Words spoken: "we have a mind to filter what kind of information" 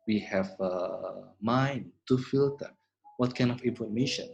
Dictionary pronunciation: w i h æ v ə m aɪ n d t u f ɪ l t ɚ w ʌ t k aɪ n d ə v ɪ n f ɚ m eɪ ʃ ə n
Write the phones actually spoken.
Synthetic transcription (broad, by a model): w i h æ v ə m aɪ n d t u f ɪ l t ɚ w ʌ t k aɪ n d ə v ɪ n f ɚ m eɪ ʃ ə n